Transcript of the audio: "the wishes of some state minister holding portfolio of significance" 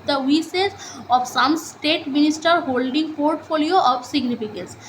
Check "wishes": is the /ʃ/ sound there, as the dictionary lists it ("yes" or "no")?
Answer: no